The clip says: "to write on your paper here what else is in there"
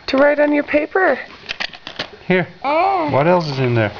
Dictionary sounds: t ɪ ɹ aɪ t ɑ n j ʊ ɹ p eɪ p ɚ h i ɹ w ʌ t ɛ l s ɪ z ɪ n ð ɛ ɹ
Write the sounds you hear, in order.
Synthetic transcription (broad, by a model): t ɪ ɹ aɪ t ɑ n j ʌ ɹ p eɪ p ɚ h i ɹ w ʌ t ɛ l s ɪ z ɪ n ð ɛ ɹ